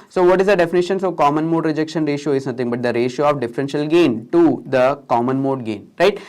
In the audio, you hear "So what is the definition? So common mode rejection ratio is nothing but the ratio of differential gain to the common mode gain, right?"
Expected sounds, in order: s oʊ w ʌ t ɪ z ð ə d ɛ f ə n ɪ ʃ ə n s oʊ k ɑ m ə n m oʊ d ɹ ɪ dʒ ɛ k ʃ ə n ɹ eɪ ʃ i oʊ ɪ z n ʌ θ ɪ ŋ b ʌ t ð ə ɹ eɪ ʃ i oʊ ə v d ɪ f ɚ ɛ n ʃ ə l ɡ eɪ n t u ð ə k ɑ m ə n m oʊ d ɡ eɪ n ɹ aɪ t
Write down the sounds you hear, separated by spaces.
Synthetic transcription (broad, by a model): s oʊ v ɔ t ɪ z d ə d ɛ f ə n ɪ ʃ ə n s oʊ k ɑ m ə n m oʊ d ɹ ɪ dʒ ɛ k ʃ ə n ɹ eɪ ʃ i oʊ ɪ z n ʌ t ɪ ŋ b ʌ t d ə ɹ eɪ ʃ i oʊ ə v d ɪ f ɚ ɛ n ʃ ə l ɡ eɪ n t u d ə k ɑ m ə n m oʊ d ɡ eɪ n ɹ aɪ t